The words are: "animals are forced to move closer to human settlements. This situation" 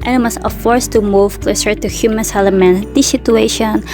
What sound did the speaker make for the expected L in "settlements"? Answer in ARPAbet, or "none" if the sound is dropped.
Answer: none